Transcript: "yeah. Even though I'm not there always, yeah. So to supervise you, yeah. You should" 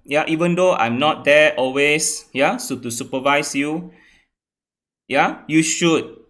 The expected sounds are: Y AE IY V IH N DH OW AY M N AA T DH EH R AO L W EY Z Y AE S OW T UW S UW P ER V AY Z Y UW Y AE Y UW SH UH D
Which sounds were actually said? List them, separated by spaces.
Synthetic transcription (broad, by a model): Y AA IY V IH N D OW AY M N AA T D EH AO L W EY S Y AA S OW T UW S UW P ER V AY S Y UW Y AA Y UW SH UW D